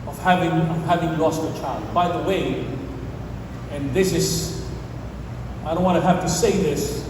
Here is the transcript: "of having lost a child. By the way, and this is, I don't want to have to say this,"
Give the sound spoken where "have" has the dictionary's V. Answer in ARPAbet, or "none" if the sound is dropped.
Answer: F